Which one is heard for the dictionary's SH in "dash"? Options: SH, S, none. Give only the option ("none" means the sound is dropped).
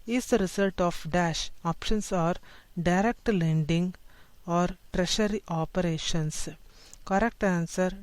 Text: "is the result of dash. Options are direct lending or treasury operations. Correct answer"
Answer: SH